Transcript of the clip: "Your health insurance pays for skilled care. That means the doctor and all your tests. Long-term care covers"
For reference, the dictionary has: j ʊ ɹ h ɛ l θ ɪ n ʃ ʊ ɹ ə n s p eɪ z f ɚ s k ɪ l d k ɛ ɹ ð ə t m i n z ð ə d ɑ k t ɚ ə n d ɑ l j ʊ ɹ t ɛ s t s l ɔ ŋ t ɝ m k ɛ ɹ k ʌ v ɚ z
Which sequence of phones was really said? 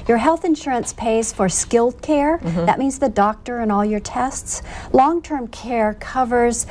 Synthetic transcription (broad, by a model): j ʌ ɹ h ɛ l θ ɪ n ʃ ʊ ɹ ə n s p eɪ z f ɚ s k ɪ l d k ɛ ɹ ð ə t m i n z ð ə d ɑ k t ɚ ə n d ɑ l j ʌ ɹ t ɛ s t s l ɔ ŋ t ɝ m k ɛ ɹ k ʌ v ɚ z